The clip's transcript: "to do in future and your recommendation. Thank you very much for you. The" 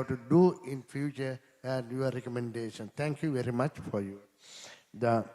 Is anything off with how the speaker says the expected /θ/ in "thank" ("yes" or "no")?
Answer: yes